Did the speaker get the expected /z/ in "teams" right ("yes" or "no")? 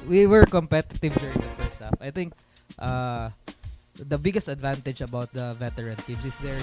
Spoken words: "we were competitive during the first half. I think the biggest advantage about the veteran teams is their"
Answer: no